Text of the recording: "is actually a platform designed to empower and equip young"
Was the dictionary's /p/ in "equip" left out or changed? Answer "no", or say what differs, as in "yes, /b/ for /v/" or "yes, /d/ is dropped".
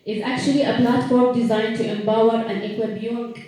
yes, /b/ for /p/